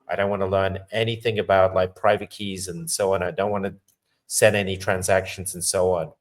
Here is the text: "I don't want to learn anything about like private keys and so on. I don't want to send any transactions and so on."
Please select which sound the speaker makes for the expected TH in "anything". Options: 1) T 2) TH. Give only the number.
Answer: 2